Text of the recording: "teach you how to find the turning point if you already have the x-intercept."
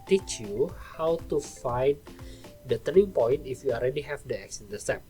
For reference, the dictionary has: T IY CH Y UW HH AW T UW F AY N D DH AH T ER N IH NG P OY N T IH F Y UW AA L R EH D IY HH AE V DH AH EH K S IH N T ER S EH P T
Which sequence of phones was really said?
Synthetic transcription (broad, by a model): T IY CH Y UW HH AW T UW F AY N D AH T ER IH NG P OY N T IH F Y UW AA L R EH D IY HH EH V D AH EH K S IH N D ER S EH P